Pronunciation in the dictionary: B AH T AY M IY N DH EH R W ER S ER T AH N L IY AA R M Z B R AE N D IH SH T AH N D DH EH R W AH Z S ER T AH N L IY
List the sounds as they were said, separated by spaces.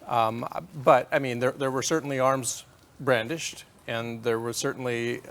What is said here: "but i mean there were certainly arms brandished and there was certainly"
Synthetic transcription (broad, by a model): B AH T AY M IY N DH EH R W ER S ER T N L IY AA R M Z B R AE N D IH SH T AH N DH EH R W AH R S ER T N L IY